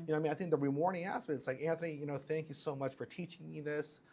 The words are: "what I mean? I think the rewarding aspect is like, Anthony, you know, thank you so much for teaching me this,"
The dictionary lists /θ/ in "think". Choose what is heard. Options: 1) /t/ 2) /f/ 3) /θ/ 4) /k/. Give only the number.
3